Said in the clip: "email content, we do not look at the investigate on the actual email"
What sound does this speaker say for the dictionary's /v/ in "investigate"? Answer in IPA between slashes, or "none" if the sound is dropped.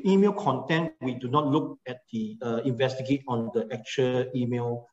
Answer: /v/